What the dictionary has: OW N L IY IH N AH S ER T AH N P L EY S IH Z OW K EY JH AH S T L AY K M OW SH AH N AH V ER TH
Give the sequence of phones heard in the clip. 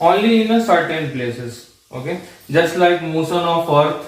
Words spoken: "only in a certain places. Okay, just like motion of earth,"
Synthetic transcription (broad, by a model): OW N L IY IH N AH S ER T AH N P L EY S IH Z OW K EY JH AH S T L AY K M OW S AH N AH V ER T